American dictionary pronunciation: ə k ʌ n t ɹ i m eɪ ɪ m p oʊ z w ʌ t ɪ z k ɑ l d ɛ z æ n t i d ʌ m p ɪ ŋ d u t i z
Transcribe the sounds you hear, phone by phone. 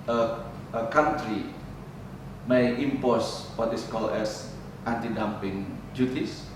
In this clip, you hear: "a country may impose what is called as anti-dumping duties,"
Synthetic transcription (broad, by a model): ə k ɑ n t ɹ i m eɪ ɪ m p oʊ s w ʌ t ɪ s k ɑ l ɛ s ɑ n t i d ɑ m p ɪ ŋ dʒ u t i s